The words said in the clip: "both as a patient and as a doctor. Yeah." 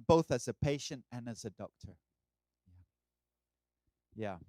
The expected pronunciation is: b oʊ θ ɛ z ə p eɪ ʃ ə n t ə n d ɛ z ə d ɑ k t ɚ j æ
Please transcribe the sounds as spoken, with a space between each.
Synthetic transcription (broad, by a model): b oʊ θ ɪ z ə p eɪ ʃ ə n t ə n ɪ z ə d ɑ k t ɚ j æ